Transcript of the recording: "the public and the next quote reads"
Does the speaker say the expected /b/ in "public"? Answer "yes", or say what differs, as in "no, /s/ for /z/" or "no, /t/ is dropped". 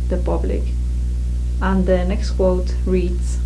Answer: yes